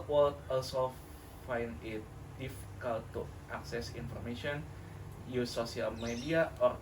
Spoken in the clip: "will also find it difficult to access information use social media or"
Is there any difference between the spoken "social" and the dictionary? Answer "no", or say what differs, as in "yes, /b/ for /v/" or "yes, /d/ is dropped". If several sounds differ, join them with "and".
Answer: yes, /ʃ/ is dropped